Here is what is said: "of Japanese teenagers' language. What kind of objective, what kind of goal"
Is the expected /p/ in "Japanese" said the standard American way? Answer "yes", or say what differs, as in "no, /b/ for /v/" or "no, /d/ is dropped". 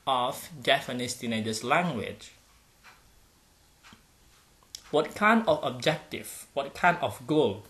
no, /f/ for /p/